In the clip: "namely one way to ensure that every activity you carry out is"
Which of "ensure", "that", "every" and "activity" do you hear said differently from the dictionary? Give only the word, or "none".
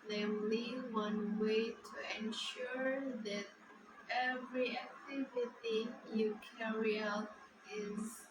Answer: none